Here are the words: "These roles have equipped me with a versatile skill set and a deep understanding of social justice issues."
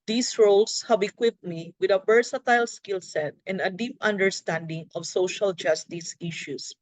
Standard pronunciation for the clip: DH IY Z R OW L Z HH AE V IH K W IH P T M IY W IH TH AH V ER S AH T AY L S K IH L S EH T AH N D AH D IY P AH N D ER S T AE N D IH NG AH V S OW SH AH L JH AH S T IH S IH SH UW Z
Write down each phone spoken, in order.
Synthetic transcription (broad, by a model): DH IY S R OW L S HH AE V IH K W IH P T M IY W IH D AH B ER S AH T AY L S K IH L S EH T AH N D AH D IY P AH N D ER S T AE N D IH NG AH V S OW SH AH L JH AH S T IH S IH SH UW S